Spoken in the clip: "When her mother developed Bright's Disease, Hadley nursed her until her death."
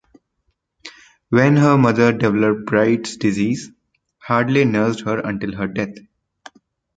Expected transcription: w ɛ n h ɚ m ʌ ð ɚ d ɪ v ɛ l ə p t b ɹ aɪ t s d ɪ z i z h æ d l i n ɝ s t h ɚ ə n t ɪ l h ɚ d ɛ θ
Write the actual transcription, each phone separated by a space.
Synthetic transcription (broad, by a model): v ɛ n h ɚ m ʌ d ɚ d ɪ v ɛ l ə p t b ɹ aɪ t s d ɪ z i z h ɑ d l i n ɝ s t h ɚ ə n t ɪ l h ɚ d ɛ t